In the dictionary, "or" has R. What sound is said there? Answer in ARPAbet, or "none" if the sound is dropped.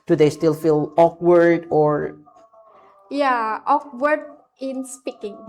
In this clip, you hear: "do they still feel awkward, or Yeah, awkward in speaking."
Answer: R